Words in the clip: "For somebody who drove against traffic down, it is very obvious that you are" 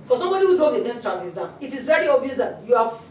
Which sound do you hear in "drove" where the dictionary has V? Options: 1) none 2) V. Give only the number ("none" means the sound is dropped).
1